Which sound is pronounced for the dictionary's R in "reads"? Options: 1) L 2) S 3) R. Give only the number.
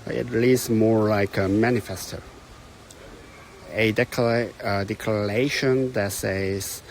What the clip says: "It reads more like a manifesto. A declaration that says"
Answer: 1